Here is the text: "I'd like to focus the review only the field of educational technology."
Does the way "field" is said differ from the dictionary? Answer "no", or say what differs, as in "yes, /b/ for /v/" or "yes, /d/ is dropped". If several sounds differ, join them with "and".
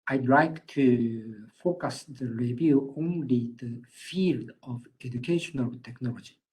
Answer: no